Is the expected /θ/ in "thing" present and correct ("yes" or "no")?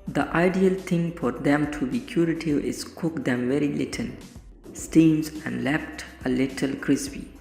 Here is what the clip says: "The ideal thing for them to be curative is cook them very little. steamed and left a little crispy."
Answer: no